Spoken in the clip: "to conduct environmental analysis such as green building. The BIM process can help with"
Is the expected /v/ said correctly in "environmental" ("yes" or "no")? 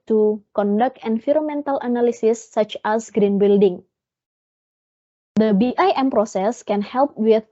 no